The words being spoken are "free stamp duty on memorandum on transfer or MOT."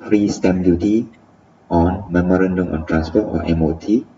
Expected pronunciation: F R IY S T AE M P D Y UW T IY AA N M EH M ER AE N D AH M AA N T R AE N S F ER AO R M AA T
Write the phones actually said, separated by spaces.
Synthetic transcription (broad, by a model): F R IY S T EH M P D Y UW T IY AA N M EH M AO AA N D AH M AA N T R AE N S P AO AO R M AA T